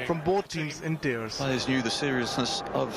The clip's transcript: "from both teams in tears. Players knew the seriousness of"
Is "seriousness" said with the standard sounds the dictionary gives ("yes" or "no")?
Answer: yes